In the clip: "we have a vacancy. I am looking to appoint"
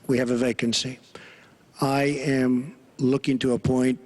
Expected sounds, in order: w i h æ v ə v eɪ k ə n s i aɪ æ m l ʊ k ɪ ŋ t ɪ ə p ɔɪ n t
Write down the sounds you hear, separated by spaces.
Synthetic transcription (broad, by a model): w i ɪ v ə v eɪ k ə n s i aɪ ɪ m l ʊ k ɪ ŋ t ɪ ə p ɔɪ n t